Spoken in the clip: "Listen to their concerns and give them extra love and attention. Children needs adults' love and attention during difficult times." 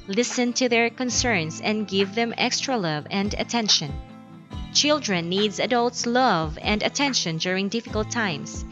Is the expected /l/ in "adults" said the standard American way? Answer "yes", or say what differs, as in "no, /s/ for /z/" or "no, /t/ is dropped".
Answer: yes